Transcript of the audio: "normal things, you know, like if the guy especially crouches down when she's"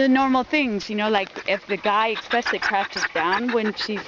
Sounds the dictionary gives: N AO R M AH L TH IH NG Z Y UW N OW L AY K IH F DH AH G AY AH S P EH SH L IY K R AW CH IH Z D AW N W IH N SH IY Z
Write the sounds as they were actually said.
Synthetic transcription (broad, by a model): N AO R M L TH IH NG Z Y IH N OW L AY K IH F DH AH G AY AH S P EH S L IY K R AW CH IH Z D AW N W IH N SH IY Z